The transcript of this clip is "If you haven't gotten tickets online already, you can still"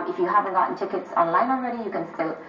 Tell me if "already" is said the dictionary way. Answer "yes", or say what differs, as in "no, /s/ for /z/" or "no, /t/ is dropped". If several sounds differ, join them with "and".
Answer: no, /n/ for /l/